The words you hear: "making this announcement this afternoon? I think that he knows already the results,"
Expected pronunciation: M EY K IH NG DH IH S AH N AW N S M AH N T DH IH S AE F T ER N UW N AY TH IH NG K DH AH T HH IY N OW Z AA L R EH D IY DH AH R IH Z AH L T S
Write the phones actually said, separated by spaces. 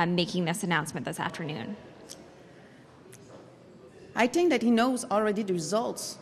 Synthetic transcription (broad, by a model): M EY K IH NG DH IH S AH N AW N S M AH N DH IH S AE F T ER N UW N AY TH IH NG K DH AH T HH IY N OW Z AA L R EH D IY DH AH R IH Z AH L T S